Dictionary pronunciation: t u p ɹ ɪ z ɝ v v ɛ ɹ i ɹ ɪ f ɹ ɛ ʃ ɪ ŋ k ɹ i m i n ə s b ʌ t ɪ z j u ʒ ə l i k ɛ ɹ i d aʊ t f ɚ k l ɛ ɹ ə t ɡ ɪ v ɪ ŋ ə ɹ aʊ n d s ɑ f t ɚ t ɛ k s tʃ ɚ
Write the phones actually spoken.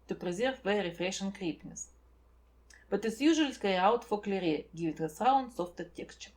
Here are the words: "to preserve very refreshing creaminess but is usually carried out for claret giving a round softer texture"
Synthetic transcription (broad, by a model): t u p ɹ ɪ z ɝ v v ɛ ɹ ɹ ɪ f ɹ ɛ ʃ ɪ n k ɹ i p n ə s b ʌ t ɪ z j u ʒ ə i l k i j aʊ t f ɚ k l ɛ ɹ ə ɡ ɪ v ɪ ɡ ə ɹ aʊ n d s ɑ f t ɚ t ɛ k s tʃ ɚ